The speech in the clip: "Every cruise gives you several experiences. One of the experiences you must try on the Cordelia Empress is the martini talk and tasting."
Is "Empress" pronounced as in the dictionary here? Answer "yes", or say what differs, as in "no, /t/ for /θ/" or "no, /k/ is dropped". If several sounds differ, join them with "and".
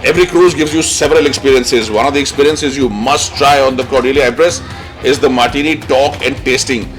no, /m/ is dropped